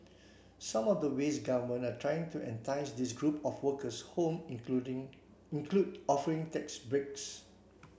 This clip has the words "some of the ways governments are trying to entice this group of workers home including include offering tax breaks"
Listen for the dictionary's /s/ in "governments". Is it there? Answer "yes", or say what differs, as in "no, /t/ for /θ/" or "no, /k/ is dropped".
no, /s/ is dropped